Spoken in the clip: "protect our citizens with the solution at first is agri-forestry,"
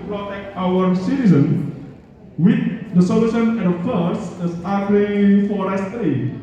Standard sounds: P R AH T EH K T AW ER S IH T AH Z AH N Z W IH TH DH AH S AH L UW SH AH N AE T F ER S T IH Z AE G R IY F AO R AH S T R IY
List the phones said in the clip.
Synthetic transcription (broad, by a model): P R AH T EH K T AW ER S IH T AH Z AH N W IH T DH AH S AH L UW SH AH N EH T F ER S IH S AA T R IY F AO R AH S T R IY